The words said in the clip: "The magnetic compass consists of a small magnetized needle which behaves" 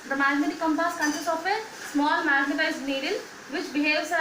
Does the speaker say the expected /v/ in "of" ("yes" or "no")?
no